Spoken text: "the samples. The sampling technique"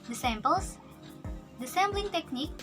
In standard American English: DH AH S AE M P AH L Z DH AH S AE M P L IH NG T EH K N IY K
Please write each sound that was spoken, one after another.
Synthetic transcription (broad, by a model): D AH S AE M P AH L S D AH S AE M B L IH NG T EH K N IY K